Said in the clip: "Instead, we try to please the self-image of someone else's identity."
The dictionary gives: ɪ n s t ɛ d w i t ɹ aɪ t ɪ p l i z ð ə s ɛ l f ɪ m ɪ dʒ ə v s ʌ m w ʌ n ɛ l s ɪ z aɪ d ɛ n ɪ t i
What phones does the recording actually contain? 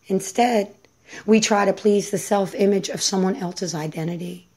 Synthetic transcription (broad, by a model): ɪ n s t ɛ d w i t ɹ aɪ t ɪ p l i z ð ə s ɛ l f ɪ m ɪ dʒ ə v s ʌ m w ʌ n ɛ l s ɪ z aɪ d ɛ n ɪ t i